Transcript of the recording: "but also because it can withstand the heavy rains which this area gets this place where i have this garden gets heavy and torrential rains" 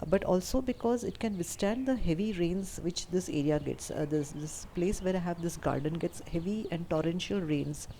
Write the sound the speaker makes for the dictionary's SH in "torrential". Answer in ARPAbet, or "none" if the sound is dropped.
SH